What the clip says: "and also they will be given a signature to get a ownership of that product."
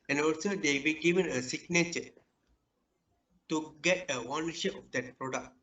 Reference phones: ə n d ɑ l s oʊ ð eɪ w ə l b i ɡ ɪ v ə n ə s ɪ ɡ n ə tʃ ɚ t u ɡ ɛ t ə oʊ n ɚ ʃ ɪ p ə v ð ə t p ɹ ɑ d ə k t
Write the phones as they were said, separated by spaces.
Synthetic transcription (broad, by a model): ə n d ɑ l s oʊ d eɪ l b i ɡ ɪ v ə n ə s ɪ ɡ n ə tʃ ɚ t u ɡ ɛ t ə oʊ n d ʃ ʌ ə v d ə t p ɹ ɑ d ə k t